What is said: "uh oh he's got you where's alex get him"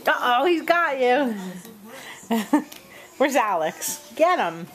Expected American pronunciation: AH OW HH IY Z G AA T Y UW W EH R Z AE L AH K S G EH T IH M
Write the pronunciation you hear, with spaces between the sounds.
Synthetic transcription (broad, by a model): OW HH IY Z G AA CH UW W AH R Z AE L AH K S G EH T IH M